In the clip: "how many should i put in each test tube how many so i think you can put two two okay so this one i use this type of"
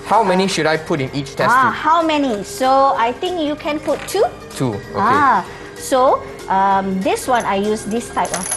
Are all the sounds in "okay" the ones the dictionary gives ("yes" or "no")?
no